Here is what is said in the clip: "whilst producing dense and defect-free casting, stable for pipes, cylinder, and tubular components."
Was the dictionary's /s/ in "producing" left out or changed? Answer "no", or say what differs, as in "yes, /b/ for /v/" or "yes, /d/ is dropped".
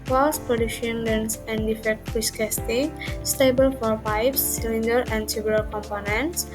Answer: yes, /ʃ/ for /s/